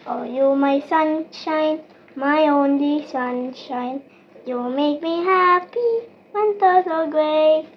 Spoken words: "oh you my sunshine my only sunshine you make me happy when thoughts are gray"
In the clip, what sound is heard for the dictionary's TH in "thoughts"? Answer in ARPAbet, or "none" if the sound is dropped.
T